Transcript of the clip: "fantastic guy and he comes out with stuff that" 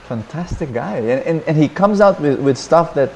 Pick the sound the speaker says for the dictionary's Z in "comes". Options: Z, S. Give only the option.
Z